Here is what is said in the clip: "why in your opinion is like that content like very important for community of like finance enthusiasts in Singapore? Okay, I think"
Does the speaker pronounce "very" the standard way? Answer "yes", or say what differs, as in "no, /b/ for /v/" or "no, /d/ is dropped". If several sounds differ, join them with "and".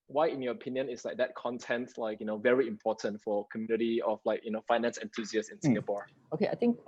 yes